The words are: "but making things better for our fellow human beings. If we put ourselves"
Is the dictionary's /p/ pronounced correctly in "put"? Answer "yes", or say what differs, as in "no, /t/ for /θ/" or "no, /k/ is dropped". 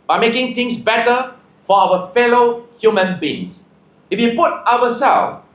yes